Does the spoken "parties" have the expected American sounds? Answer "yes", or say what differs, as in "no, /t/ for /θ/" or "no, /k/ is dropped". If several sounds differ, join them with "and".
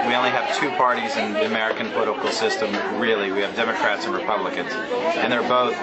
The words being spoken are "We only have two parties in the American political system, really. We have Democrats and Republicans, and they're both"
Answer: yes